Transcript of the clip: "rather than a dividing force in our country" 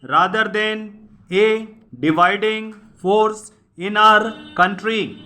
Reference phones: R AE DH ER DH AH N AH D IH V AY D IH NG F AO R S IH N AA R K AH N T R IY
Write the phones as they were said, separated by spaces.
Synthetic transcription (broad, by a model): R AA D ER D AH N AH D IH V AY D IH NG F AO R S IH N AA R K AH N T R IY